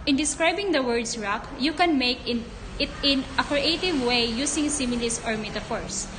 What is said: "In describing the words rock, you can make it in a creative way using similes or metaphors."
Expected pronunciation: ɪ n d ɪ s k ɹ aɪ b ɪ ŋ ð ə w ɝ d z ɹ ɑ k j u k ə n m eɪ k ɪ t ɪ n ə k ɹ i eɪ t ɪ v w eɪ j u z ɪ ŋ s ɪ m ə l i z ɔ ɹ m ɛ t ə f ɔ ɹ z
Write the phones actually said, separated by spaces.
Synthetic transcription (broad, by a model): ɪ n d ɪ s k ɹ aɪ b ɪ ŋ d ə w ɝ d s ɹ ɑ k j u k ə n m eɪ k ɪ t ɪ n ə k ɹ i eɪ t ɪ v w eɪ j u s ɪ ŋ s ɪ m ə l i s ɔ ɹ m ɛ t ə f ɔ ɹ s